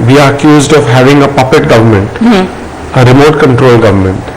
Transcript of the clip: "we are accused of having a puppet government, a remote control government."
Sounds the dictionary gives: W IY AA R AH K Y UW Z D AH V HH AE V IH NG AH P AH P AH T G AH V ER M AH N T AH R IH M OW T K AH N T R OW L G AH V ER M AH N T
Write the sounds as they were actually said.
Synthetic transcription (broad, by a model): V IY AA R AH K Y UW Z D AH V HH AE V IH NG AH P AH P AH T G AH V ER M AH N T AH R IH M OW T K AH N T R OW L G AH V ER M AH N T